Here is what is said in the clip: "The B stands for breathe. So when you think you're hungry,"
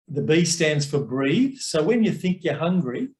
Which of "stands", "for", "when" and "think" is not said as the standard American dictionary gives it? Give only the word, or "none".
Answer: none